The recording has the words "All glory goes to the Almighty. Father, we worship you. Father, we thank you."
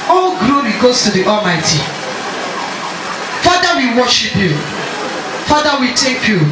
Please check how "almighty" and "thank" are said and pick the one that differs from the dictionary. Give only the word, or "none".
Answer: thank